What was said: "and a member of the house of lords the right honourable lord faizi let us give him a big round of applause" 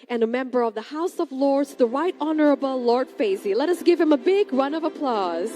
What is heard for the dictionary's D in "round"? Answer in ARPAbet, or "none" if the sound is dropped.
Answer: none